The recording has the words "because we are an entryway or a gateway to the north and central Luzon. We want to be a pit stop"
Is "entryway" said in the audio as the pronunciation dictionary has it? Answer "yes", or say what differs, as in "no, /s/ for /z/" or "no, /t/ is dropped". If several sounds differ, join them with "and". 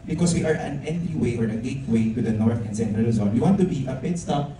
no, /ɹ/ is dropped